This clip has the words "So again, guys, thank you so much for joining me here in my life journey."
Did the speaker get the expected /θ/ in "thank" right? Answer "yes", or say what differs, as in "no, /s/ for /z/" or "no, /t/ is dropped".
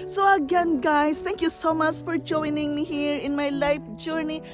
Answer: no, /t/ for /θ/